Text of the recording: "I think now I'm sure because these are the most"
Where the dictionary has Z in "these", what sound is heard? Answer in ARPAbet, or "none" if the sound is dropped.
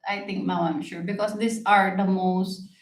S